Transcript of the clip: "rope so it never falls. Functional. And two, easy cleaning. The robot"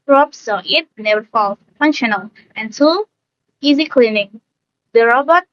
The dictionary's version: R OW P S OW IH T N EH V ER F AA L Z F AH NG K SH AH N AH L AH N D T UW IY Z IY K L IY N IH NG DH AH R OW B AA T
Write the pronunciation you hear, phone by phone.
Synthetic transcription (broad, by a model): R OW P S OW IH T N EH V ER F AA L F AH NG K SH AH N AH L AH N T UW IY Z IY K L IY N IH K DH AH R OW B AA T